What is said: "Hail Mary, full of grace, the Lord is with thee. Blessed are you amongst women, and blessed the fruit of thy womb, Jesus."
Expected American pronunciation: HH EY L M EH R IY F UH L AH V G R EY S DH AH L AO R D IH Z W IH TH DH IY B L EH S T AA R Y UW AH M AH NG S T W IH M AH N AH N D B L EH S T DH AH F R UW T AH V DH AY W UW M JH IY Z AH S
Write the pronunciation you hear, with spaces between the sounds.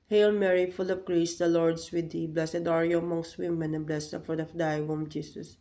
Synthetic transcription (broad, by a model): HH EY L M EH R IY F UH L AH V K R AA S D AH L AO R D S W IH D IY B L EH S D AA R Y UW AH M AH NG S T W IH M AH N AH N B L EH S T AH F AO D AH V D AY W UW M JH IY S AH S